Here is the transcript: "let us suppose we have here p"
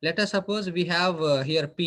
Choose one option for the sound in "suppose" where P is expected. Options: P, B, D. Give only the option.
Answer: P